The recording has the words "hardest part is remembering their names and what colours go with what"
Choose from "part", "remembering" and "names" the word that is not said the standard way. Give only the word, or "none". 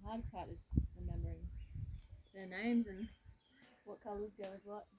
none